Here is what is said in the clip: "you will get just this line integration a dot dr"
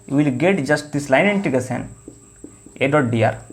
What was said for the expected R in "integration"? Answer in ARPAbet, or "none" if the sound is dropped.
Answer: none